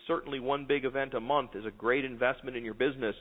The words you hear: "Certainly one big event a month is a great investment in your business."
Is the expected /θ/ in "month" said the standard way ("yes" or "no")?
yes